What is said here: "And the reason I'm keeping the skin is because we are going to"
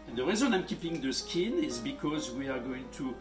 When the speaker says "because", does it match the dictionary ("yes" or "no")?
yes